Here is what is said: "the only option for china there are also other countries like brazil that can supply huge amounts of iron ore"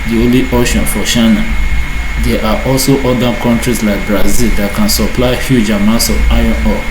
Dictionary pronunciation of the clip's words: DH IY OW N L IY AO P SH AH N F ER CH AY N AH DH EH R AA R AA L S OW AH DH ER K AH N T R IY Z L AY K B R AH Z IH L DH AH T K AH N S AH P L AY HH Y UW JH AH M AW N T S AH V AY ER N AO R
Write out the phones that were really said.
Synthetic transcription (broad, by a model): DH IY OW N L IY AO SH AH N F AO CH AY N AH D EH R AA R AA L S OW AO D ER K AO N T R IY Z L AY K B R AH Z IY L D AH T K AH N S AH P L AY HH Y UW JH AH M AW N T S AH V AY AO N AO